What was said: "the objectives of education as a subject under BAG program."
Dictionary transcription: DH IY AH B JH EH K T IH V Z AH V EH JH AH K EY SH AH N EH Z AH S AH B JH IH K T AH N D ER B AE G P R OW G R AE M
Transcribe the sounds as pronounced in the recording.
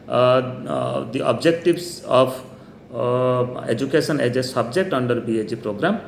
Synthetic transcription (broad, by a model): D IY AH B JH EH K T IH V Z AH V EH JH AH K EY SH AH N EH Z AH S AH B JH IH K T AH N D ER B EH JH P R OW G R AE M